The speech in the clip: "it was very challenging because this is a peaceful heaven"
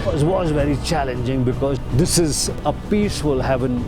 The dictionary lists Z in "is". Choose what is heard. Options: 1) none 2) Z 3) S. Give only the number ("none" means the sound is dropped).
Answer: 2